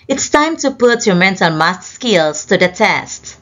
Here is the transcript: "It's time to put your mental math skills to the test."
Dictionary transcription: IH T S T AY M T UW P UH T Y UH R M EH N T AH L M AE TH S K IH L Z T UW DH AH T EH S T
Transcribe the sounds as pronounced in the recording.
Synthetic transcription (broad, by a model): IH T S T AY M T UW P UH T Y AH M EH N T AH N M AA T S K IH L S T UW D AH T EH S T